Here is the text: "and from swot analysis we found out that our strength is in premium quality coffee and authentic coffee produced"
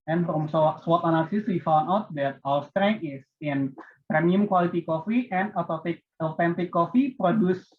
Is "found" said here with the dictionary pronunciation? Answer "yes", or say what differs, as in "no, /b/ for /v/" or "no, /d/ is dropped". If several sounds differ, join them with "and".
no, /d/ is dropped